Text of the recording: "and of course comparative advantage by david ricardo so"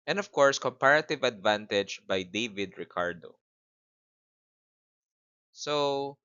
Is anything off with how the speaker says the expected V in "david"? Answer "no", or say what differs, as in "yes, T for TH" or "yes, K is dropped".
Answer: no